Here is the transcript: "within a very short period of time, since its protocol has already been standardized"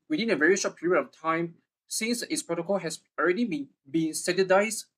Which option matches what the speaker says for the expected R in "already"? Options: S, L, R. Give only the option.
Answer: R